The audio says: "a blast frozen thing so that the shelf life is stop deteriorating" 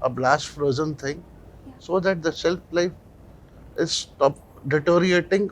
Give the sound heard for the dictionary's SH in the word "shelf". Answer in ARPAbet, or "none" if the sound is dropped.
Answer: S